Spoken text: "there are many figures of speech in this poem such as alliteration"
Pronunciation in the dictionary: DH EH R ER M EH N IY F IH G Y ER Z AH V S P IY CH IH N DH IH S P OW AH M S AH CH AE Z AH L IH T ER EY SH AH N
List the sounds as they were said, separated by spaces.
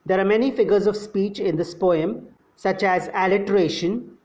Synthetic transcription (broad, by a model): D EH R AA M EH N IY F IH G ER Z AH V S P IY CH IH N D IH S P OW AH M S AH CH AE Z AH L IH T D EY SH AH N